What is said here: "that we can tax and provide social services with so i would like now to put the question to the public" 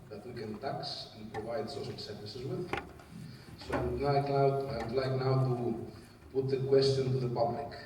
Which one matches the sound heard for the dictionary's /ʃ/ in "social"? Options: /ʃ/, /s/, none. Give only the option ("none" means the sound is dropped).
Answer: /s/